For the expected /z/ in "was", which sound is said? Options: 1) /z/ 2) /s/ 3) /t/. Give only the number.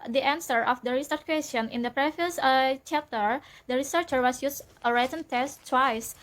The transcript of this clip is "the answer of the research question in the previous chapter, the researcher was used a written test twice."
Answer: 2